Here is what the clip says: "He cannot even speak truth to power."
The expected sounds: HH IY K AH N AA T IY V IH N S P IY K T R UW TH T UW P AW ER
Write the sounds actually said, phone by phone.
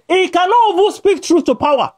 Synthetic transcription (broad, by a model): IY K AH N AA T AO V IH S P IY K T R UW TH T UW P AW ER